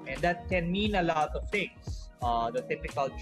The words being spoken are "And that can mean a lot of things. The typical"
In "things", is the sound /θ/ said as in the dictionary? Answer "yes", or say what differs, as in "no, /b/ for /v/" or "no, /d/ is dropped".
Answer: no, /t/ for /θ/